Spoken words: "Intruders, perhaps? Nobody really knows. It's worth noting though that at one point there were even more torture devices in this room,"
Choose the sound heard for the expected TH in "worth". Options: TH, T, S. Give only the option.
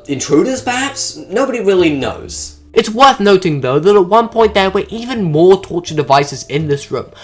TH